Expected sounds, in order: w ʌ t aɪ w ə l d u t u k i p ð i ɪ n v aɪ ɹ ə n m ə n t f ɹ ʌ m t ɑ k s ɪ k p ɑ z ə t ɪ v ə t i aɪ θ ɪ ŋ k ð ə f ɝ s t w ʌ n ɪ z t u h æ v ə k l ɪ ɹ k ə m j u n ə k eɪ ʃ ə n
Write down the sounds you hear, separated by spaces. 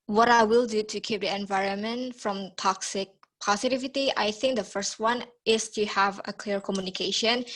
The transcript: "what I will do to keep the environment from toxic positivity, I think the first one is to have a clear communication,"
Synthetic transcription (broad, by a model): w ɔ t aɪ w ə l d u t u k i p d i ɪ n v aɪ ɹ ə n m ə n t f ɹ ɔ m t ɑ k s ɪ k p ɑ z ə t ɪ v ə t i aɪ θ ɪ ŋ k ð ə f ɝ s t w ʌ n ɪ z t u h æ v ə k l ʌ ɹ k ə m j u n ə k eɪ ʃ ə n